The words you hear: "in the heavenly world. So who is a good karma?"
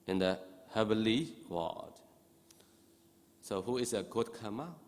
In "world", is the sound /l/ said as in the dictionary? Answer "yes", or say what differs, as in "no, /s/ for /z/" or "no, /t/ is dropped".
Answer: no, /l/ is dropped